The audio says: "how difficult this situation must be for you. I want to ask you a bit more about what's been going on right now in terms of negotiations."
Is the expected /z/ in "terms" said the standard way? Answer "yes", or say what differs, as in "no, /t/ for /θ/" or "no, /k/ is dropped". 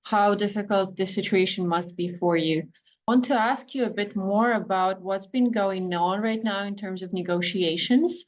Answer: yes